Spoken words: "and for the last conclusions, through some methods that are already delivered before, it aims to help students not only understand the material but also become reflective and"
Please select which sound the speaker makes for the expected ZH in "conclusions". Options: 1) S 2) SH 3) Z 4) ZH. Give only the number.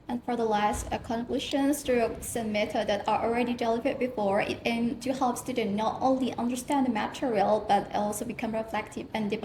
2